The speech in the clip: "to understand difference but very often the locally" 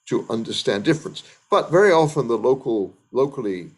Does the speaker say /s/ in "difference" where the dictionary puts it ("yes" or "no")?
yes